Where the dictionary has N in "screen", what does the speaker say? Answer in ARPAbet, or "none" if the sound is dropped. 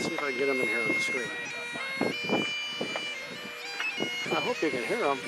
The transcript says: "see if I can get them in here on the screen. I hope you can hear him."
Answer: none